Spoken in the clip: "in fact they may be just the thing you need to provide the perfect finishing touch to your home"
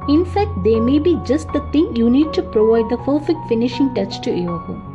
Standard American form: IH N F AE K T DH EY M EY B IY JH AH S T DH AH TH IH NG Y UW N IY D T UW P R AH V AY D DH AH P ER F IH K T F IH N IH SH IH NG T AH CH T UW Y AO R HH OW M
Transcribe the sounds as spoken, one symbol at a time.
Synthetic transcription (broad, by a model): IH N F AE K T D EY M EY B IY JH AH S T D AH T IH NG Y UW N IY D T UW P R AH V AY D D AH F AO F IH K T F IH N IH SH IH NG T AH CH T UW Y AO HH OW